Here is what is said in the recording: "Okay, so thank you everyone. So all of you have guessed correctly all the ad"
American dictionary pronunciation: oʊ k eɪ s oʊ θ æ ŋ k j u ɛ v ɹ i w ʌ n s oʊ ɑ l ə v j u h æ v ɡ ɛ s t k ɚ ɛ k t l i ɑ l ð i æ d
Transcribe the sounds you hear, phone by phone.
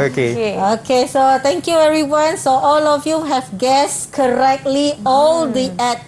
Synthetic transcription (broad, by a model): oʊ k eɪ s oʊ t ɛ ŋ k j u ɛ ɹ i w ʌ n s oʊ ɑ l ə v j u h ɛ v ɡ ɛ s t k ɚ ɛ k t l i ɑ l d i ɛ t